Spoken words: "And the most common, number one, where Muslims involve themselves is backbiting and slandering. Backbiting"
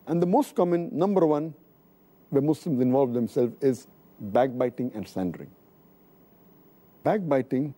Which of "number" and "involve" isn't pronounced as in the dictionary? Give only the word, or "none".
none